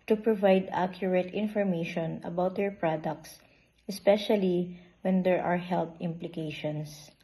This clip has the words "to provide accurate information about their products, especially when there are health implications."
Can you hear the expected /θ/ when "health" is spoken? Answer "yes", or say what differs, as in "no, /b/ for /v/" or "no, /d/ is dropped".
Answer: no, /t/ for /θ/